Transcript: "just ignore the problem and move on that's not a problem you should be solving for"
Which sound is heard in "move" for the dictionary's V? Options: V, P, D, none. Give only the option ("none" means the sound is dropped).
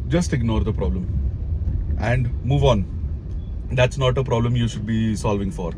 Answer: V